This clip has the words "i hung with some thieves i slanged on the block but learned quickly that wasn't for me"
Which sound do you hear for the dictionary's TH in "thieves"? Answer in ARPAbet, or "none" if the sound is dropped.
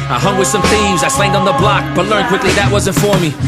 TH